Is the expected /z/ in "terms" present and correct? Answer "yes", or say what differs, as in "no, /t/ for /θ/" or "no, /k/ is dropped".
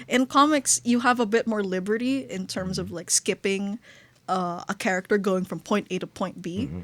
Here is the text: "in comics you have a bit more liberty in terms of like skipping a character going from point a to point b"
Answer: yes